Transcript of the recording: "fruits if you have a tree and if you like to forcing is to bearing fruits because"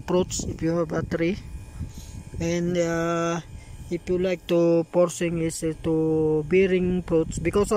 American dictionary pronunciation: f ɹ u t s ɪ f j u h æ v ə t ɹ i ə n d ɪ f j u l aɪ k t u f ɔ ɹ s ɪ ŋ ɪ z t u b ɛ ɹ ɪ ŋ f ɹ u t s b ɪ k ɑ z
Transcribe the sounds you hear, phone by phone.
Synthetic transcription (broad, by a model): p ɹ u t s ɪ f j u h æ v ə t ɹ i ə n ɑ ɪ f j u l aɪ k t u p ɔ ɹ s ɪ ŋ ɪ s t u b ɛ ɹ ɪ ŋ p ɹ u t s b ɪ k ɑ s